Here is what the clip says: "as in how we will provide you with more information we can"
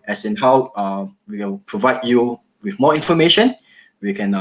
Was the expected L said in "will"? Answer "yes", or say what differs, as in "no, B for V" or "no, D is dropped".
no, N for L